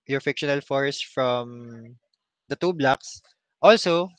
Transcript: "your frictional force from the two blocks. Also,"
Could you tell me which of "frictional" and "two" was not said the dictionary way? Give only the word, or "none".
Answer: frictional